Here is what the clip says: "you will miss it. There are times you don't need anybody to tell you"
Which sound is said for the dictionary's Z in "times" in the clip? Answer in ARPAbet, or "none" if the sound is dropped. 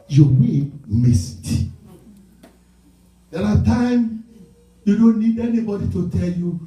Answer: none